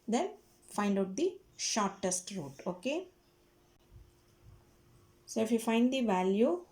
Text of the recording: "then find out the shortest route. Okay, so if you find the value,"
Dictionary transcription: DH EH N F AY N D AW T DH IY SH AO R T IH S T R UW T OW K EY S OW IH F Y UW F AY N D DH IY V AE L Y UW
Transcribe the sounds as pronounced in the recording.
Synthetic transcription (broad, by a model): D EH N F AY N D AW T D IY SH AO R T IH S T R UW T OW K EY S OW IH F Y UW F AY N D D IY V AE L Y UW